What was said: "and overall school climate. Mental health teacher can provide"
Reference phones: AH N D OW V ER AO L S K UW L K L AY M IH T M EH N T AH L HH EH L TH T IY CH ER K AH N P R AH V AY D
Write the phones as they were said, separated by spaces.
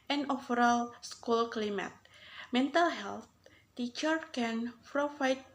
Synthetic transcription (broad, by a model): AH N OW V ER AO L S K UW L K L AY M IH T M EH N T AH L HH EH L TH T IY CH ER K AH N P R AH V AY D